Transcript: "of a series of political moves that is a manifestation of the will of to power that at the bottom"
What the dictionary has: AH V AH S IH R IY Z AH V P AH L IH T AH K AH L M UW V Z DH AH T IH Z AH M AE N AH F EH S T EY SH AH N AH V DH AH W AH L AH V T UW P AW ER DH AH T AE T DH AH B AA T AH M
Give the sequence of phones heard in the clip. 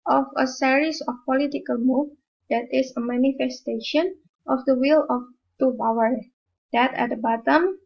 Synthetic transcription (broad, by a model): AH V AH S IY R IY S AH F P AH L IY T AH K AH L M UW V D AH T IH S AH M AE N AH F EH S T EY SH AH N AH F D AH W AH L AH F T UW B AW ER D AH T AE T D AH B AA T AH M